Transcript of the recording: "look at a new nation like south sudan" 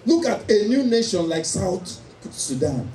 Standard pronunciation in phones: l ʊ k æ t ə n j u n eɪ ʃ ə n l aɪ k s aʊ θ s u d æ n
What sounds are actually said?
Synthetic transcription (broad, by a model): l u k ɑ t ə n j u n eɪ ʃ ə n l aɪ k s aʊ t s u d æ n